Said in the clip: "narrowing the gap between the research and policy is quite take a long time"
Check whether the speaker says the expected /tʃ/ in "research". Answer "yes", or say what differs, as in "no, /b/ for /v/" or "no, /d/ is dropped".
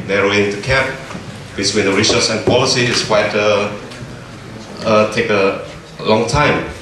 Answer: no, /s/ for /tʃ/